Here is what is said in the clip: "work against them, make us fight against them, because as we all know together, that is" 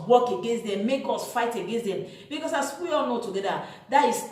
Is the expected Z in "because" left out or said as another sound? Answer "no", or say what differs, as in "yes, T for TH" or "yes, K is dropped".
yes, S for Z